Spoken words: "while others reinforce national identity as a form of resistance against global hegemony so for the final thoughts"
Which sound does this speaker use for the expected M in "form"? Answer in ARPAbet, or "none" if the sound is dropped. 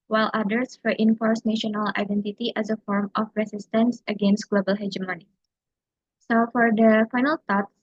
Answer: M